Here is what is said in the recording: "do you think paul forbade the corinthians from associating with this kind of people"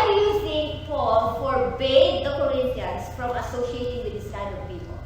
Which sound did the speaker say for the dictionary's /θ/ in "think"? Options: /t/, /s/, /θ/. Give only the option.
/s/